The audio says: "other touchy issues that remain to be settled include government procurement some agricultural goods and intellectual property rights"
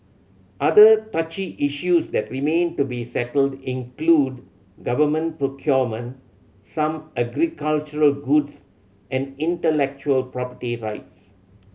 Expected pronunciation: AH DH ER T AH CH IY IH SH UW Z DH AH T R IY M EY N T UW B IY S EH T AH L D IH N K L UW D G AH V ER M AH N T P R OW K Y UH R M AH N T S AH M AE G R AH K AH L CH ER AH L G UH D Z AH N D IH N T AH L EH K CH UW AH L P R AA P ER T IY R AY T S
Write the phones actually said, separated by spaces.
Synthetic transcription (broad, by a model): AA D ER T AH CH IY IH SH UW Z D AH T R IY M EY N T UW B IY S EH T AH L D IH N K L UW D G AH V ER M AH N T P R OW K Y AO M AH N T S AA M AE G R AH K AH L CH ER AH L G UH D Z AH N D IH N T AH L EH K CH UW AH L P R AA P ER T IY R AY T S